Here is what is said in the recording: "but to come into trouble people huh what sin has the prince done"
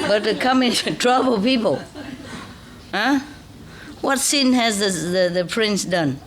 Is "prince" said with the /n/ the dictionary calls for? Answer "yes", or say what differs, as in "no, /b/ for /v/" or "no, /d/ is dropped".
yes